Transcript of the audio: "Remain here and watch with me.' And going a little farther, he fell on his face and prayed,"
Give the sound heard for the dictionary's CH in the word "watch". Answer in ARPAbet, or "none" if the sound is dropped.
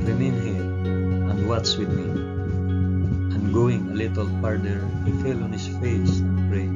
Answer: S